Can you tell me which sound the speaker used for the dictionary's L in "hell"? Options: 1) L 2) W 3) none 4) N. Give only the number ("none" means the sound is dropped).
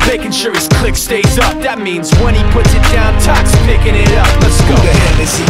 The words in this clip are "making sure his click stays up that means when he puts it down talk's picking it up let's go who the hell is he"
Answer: 4